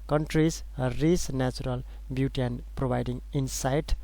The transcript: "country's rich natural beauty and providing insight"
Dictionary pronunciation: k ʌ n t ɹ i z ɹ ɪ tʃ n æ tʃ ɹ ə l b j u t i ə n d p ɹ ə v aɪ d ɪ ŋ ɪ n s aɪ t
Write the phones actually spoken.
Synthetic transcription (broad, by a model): k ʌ n t ɹ i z ɹ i s n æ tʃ ɹ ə l b j u t i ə n p ɹ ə b aɪ d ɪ ŋ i n s aɪ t